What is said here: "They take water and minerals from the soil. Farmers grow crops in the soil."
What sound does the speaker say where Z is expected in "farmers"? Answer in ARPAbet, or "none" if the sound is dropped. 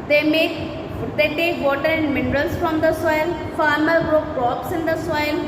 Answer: none